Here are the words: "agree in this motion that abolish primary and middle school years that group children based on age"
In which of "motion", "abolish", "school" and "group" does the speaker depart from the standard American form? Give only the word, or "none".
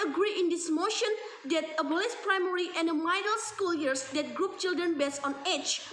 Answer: abolish